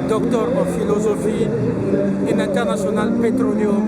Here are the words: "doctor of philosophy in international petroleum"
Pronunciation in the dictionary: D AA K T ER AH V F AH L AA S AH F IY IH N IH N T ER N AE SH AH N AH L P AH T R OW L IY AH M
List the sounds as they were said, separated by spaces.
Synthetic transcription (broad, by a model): D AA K T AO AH F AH L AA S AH F IY IH N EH N T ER N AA S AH N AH L P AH T R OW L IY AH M